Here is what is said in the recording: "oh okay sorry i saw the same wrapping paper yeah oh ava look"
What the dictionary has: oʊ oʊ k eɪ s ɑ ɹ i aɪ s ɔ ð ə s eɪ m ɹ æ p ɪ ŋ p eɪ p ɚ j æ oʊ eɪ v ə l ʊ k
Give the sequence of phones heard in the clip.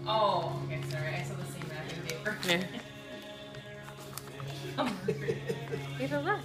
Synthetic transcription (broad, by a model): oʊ oʊ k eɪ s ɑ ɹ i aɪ s ɔ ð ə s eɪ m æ ɪ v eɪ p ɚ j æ oʊ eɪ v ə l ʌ